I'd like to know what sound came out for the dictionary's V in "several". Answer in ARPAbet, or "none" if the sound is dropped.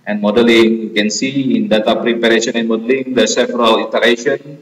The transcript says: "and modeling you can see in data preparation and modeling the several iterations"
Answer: F